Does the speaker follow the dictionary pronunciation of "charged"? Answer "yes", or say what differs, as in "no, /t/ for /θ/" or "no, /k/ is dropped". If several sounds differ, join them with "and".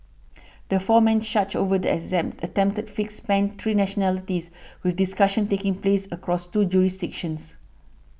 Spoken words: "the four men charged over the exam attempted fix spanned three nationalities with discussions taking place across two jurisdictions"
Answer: no, /ʃ/ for /tʃ/